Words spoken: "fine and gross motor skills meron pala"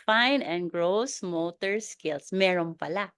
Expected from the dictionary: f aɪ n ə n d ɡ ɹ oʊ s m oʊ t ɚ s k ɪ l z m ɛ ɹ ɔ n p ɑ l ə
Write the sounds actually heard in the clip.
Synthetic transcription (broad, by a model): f aɪ n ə n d ɡ ɹ oʊ s m oʊ t ɚ s k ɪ l s m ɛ ɹ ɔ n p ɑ l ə